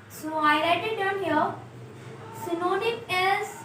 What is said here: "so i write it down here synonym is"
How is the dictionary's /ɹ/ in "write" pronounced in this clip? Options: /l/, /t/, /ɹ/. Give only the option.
/l/